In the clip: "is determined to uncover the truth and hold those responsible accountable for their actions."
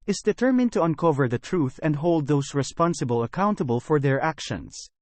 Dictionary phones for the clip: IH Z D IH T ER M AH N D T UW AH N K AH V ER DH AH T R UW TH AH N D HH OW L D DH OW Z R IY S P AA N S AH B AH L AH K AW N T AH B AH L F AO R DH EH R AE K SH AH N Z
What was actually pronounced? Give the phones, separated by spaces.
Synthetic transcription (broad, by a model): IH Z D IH T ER M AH N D T UW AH N K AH V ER DH AH T R UW TH AH N D HH OW L D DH OW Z R IY S P AA N S AH B AH L AH K AW N T AH B AH L F AO R DH EH R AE K SH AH N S